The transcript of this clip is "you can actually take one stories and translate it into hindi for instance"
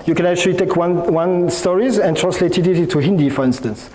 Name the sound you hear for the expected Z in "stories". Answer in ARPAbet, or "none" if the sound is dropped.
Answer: Z